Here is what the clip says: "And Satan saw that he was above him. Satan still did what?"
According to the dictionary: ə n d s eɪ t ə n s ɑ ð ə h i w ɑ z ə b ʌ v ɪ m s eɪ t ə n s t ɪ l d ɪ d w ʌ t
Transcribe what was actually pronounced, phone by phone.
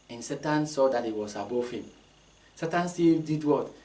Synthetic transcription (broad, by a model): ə n s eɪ t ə n s ɑ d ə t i w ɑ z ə b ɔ f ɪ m s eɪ t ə n s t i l d ɪ d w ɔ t